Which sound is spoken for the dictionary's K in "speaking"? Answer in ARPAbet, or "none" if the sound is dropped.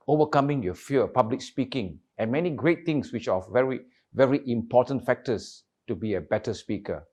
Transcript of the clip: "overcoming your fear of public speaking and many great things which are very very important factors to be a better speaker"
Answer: K